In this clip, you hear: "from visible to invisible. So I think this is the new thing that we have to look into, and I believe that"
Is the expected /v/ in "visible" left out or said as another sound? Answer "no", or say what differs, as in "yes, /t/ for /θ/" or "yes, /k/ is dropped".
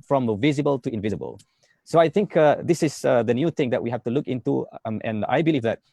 no